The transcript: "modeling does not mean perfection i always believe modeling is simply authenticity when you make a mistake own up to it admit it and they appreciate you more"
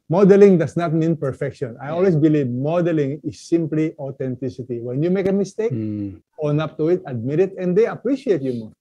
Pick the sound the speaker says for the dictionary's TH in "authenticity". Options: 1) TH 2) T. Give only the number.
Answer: 2